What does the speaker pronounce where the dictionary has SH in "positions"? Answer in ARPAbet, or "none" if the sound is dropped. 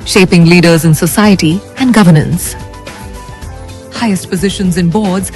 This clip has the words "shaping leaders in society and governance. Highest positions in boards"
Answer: SH